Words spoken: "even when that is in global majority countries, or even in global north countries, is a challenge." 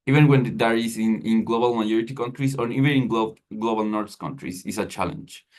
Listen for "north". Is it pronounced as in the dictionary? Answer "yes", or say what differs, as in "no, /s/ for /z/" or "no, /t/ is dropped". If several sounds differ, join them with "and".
no, /s/ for /θ/